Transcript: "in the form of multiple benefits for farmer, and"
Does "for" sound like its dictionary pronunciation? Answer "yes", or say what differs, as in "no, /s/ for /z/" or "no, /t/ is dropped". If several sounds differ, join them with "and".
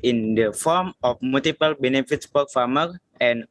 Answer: no, /p/ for /f/